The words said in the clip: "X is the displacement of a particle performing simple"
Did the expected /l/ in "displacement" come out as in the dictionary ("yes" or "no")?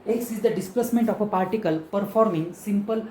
yes